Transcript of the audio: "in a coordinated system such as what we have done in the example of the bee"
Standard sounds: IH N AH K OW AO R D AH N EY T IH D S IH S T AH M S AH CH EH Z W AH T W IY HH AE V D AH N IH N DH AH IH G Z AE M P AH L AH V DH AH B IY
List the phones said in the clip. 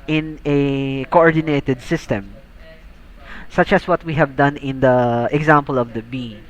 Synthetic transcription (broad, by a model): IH N AH K OW AO R D AH N EY T IH D S IH S T AH M S AH CH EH S W AH T W IY HH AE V D AH N IH N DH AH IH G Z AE M P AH L AH V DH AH B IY